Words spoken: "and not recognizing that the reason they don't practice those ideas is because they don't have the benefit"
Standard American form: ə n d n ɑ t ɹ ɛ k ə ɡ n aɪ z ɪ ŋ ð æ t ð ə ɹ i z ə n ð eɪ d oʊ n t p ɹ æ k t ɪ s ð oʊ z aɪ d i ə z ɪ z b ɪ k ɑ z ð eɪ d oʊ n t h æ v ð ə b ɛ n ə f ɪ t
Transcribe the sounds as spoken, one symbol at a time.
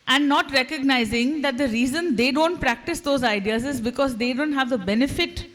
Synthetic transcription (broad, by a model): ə n d n ɑ t ɹ ɛ k ə ɡ n aɪ z ɪ ŋ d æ t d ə ɹ i z ə n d eɪ d oʊ n t p ɹ æ k t ɪ s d oʊ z aɪ d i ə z ɪ z b ɪ k ɑ z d eɪ d oʊ n t h æ v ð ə b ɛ n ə f ɪ t